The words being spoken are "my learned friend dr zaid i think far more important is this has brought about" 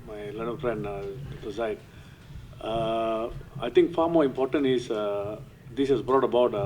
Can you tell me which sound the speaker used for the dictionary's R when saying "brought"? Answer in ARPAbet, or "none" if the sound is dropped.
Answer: R